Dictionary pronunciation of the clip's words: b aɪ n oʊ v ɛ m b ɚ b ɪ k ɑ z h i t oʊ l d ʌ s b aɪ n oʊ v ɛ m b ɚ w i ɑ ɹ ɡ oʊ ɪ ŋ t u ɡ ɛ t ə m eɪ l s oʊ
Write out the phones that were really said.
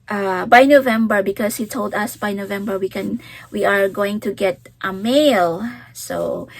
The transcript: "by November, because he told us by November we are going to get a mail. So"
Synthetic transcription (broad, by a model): b aɪ n oʊ v ɛ m b ɚ b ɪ k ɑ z h i t oʊ l d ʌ s b aɪ n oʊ v ɛ m b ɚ w i ɑ ɹ ɡ oʊ ɪ ŋ t u ɡ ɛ t ə m eɪ l s oʊ